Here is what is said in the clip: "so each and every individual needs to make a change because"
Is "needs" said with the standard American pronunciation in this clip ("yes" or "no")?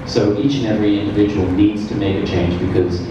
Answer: yes